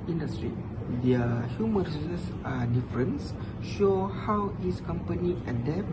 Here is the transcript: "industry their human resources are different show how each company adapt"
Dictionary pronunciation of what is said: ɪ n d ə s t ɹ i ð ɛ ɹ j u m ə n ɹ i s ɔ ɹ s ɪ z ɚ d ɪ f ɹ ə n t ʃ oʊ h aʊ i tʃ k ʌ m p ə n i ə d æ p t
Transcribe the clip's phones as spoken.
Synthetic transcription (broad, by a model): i n d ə s t ɹ i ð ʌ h j u m ə n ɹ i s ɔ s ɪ s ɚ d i f ɹ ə n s ʃ oʊ h aʊ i s k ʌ m p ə n i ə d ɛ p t